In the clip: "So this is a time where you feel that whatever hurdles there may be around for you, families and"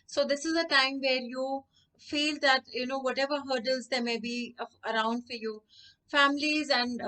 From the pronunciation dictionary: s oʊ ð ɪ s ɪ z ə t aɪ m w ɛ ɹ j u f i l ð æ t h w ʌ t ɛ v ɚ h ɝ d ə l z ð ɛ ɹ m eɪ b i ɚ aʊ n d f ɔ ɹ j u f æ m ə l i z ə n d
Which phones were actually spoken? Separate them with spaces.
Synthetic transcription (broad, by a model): s oʊ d ɪ s ɪ z ə t aɪ m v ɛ ɹ j u f i l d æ t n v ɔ t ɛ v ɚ h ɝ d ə l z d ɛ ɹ m eɪ b i ɚ aʊ n d f ɔ ɹ j u f æ m ə l i z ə n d